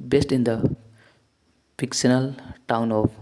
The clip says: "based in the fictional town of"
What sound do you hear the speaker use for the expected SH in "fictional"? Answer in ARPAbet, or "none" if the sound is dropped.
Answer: S